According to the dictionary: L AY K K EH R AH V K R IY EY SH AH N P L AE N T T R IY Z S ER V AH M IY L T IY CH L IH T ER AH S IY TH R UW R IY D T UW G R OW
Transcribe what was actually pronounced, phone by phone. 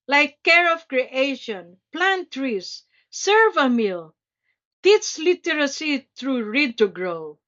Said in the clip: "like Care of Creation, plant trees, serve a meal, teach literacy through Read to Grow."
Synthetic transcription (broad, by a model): L AY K K EH R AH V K R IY EY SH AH N P L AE N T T R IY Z S ER V AH M IY L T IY S L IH T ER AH S IY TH R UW R IY D T UW G R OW